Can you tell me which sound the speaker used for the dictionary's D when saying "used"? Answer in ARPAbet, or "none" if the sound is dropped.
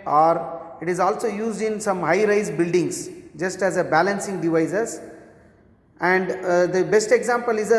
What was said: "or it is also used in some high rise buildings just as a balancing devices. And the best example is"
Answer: D